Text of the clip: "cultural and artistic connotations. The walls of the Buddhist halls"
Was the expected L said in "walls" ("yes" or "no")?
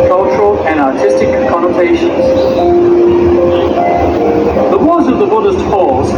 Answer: no